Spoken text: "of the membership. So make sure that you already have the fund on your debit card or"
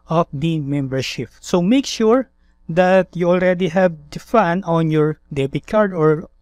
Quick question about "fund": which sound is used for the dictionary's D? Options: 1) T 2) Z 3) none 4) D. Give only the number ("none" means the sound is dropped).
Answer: 3